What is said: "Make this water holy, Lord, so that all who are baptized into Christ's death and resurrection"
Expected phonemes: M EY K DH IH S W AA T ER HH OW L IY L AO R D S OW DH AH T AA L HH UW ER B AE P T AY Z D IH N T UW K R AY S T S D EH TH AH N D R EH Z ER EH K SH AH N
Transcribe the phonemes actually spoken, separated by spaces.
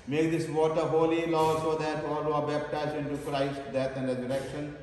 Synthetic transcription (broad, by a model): M EY K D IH S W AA T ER HH OW L IY L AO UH S OW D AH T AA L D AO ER B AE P T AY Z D IH N T UW K R AY S T D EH T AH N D R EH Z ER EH K SH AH N